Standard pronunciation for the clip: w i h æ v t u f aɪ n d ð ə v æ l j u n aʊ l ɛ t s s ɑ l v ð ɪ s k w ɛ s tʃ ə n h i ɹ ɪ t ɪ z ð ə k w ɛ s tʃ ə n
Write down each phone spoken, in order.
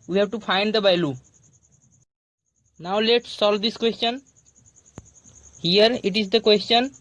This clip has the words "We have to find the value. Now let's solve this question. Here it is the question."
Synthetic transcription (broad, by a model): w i h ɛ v t u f aɪ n d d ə b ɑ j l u n aʊ l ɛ t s s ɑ l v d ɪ s k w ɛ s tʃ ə n h i ɹ ɪ t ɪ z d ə k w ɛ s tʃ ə n